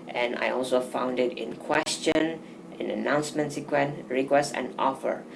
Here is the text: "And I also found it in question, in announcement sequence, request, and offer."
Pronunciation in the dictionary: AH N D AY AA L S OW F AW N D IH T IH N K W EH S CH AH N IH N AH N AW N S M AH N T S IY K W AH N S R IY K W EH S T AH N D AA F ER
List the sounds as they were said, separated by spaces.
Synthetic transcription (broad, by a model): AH N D AY AA L S OW F AW N D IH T IH N K W EH S CH AH N IH N AH N AW N S M AH N T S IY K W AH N R IY K W EH S T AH N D AA F ER